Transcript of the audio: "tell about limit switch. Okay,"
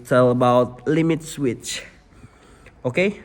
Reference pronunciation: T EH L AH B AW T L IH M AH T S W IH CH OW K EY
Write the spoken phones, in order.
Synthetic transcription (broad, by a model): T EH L AH B AW T L IH M AH T S W IH CH OW K EY